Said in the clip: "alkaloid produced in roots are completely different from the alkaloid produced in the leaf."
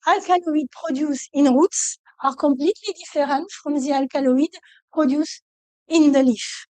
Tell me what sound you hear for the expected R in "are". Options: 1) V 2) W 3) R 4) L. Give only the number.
3